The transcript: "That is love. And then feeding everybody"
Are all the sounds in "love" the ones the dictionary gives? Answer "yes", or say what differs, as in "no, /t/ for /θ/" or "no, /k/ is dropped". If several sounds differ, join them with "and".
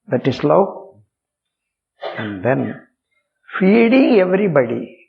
no, /v/ is dropped